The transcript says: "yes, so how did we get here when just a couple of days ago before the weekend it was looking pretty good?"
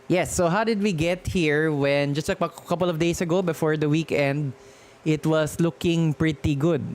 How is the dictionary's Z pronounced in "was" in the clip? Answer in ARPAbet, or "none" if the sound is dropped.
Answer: S